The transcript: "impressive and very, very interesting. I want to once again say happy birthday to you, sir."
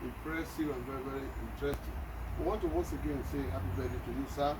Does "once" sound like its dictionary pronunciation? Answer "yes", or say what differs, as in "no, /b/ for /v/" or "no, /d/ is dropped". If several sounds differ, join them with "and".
no, /n/ is dropped